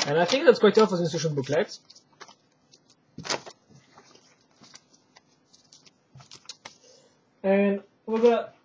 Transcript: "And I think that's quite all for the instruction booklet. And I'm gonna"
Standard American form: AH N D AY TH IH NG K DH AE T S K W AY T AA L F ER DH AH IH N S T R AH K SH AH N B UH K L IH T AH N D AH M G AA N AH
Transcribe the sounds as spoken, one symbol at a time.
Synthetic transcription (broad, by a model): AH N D AY TH IH NG K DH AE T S K W AY T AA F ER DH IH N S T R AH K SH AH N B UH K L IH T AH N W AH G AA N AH